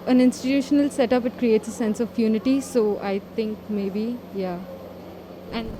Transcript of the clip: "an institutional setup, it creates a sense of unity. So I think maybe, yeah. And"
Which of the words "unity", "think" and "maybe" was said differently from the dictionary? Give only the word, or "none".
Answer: think